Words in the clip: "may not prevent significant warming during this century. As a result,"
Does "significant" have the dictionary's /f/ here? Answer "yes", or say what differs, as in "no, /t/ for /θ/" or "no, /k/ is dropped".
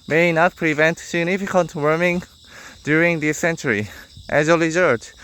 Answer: yes